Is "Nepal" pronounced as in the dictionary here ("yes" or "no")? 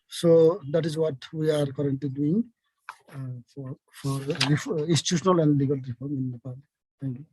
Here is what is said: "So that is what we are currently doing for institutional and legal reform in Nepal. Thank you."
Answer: no